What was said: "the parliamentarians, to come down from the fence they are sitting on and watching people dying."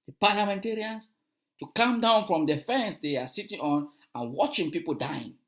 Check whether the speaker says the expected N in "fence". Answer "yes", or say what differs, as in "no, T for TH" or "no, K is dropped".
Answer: yes